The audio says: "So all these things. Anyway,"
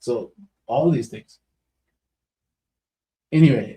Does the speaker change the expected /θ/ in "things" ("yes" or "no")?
no